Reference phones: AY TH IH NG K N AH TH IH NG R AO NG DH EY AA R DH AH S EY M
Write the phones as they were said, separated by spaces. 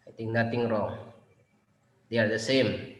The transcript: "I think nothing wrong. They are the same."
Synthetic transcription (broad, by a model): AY T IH NG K N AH T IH NG R AO NG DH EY AA R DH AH S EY M